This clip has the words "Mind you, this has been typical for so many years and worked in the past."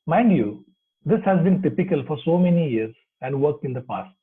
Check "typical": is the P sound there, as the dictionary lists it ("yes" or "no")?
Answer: yes